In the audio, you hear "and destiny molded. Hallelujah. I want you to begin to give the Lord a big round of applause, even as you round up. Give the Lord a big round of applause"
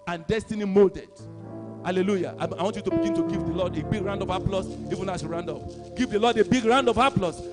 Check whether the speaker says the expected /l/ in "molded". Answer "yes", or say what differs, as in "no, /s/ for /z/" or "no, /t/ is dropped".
yes